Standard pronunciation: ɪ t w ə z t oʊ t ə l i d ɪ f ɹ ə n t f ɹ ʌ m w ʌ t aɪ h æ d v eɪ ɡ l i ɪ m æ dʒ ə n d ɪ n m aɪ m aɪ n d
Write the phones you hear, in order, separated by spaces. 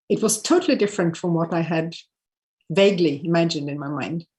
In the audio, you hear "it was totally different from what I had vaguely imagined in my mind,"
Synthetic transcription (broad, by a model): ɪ t w ə z t oʊ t l i d ɪ f ɹ ə n t f ɹ ʌ m w ʌ t aɪ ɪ d v eɪ ɡ l i ɪ m æ dʒ ə n d ɪ n m aɪ m aɪ n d